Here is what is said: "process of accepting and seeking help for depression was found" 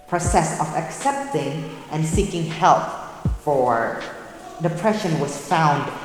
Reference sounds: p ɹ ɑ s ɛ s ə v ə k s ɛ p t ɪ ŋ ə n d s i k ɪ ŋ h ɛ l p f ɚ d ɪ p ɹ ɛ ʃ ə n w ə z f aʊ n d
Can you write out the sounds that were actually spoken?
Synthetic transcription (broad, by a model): p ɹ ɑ s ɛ s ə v ə k s ɛ p t ɪ ŋ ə n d s i k ɪ ŋ h ɛ l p f ɚ d ɪ p ɹ ɛ ʃ ə n w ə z f aʊ n d